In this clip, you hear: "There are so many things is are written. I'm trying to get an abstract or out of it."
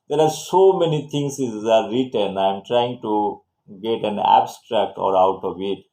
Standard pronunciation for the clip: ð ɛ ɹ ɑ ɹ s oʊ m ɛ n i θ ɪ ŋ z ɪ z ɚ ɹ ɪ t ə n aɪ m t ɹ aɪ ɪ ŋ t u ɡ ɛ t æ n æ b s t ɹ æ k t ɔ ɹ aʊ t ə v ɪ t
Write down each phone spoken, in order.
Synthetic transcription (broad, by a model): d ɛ ɹ ɑ ɹ s oʊ m ɛ n i t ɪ ŋ s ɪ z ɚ ɹ ɪ t ə n aɪ m t ɹ aɪ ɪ ŋ t u ɡ ɛ t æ n æ b s t ɹ æ k t ɔ ɹ aʊ t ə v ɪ t